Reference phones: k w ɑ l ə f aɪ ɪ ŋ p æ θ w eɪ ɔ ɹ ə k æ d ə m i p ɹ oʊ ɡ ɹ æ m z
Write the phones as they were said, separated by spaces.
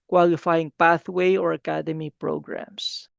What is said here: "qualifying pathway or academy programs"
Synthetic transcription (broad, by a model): k w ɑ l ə f aɪ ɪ ŋ p æ θ w eɪ ɔ ɹ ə k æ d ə m i p ɹ oʊ ɡ ɹ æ m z